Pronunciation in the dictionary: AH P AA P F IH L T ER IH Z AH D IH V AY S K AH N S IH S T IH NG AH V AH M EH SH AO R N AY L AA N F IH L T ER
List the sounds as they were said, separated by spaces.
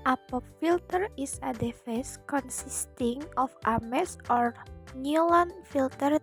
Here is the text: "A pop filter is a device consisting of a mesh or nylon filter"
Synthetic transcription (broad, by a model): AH P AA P F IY L T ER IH S AH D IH F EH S K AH N S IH S T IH NG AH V AH M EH S AO R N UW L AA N F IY L T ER